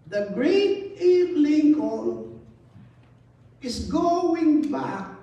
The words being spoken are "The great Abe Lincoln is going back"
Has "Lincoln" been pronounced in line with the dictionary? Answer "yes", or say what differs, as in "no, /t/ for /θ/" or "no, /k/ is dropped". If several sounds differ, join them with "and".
no, /l/ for /n/